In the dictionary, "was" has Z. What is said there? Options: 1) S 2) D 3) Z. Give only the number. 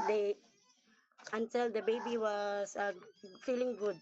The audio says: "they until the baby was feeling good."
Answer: 1